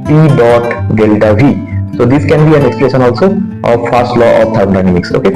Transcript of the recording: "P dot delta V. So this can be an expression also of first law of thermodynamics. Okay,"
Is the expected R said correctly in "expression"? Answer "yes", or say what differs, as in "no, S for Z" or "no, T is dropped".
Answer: no, L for R